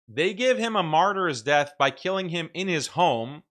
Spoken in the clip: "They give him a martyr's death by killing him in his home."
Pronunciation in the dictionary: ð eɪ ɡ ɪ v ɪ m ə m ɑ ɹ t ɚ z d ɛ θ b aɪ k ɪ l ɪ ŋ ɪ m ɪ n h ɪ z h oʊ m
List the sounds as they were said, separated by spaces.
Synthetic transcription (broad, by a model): ð eɪ ɡ ɪ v ɪ m ə m ɑ ɹ t ɚ z d ɛ θ b aɪ k ɪ l ɪ ŋ ɪ m ɪ n ɪ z h oʊ m